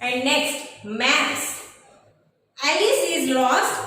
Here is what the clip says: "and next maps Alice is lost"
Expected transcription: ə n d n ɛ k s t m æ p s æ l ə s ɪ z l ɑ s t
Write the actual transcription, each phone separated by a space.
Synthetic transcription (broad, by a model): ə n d n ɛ k s t m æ s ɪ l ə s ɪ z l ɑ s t